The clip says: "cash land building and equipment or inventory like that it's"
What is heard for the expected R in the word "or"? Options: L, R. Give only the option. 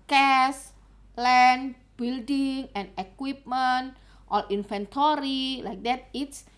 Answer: L